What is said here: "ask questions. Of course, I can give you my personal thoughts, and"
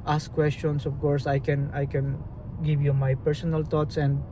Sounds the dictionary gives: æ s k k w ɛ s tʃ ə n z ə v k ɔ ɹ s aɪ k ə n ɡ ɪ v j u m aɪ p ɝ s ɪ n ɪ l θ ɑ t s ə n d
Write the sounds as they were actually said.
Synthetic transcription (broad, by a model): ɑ s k k w ɛ s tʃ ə n s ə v k ɔ ɹ s aɪ k ə n ɡ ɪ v j u m aɪ p ɝ s ɪ n ɪ l t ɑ t s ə n d